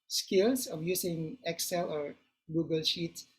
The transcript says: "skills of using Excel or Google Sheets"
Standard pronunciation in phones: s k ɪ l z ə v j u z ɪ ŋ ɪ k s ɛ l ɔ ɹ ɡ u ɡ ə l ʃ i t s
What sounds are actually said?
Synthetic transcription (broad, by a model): s k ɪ l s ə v j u s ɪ ŋ ɪ k s ɛ l ɔ ɹ ɡ u ɡ ə l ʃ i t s